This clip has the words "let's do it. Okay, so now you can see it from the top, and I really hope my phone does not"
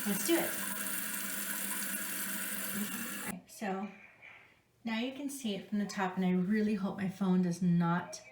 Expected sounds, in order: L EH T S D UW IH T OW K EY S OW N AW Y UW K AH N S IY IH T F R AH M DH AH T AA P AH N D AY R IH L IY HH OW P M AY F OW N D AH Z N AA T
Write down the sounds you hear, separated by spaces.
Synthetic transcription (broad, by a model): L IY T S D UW IH T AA IH S OW N AW Y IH K AH N S IY IH T F R AH M DH AH T AA P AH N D AY R IH L IY HH OW P M AY F OW N D AH Z N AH T